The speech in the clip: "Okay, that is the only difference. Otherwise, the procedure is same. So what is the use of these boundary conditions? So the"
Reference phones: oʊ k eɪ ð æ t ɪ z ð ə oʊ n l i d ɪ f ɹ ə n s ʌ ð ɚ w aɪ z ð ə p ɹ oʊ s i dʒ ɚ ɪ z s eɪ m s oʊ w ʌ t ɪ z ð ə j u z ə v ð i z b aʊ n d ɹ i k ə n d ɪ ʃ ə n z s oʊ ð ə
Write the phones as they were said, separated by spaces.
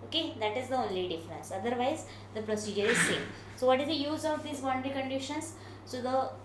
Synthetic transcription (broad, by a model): oʊ k eɪ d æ t ɪ z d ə oʊ n l i d ɪ f ɹ ə n s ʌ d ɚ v aɪ z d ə p ɹ oʊ s i dʒ ɚ ɪ z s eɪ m s oʊ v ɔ t ɪ z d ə j u z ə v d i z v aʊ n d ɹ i k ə n d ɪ ʃ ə n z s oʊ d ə